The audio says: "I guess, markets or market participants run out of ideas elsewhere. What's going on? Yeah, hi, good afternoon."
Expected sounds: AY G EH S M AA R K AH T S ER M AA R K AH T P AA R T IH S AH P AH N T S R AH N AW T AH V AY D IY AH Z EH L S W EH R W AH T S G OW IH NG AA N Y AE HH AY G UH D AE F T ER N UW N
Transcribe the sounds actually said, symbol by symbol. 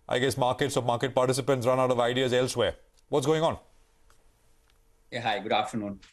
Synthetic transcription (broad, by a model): AY G EH S M AA R K AH T S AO M AA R K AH T P AA R T IH S AH P AH N T S R AH N AW T AH V AY D IY AH Z EH L S W EH R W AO T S G OW IH NG AA N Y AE HH AY G UH D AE F T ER N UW N